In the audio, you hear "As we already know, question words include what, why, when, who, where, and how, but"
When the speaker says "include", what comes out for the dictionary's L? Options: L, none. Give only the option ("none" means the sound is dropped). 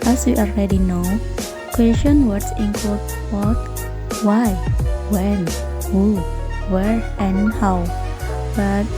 none